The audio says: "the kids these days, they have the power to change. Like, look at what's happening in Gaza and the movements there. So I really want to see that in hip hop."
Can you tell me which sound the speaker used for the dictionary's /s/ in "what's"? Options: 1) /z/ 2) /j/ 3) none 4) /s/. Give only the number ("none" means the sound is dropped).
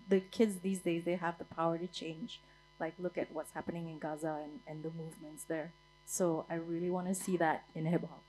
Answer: 4